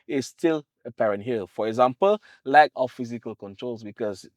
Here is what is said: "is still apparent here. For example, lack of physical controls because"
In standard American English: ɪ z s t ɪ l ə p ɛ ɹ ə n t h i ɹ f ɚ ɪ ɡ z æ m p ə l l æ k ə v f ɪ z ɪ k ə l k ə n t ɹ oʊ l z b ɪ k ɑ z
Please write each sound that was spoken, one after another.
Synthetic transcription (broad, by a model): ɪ s t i l ə p ɛ ɹ ə n t h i l f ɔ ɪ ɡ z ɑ m p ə l l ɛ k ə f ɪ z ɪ k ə l k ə n t ɹ oʊ l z b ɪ k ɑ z